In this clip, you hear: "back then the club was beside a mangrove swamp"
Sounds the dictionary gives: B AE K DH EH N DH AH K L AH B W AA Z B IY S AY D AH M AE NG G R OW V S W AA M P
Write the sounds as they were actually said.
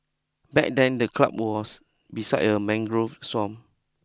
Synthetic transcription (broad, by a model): B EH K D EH N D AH K L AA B W AA S B IY S AY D AH M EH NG G R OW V S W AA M